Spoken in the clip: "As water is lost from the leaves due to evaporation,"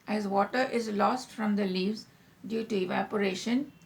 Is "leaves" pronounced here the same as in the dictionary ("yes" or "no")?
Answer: yes